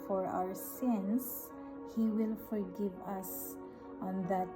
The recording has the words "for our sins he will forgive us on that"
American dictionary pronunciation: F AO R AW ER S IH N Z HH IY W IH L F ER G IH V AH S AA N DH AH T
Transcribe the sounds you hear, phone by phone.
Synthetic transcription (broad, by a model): F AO R AW ER S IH N S HH IY W IH L F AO G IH V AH S AA N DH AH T